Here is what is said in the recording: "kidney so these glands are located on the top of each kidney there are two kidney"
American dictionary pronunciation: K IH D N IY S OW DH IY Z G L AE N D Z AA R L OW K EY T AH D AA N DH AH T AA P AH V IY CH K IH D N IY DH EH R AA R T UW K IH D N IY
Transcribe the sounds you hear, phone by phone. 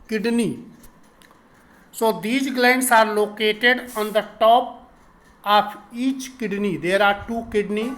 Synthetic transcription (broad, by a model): K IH D N IY S OW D IY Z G L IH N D S AA R L OW K EY T AH D AA N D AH T AA P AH P IY CH K IH D N IY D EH R AA R T UW K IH D N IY